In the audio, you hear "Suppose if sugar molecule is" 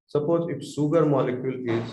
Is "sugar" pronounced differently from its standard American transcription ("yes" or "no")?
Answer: yes